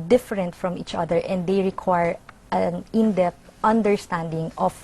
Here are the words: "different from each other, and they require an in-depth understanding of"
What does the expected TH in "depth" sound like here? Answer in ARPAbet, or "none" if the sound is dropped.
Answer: T